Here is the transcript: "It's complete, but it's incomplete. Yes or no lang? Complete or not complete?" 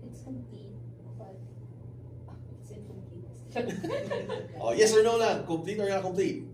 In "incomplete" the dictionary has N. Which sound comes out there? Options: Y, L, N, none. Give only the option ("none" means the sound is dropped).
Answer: none